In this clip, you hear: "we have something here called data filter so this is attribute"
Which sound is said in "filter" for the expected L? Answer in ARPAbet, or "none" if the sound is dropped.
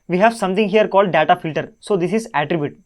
L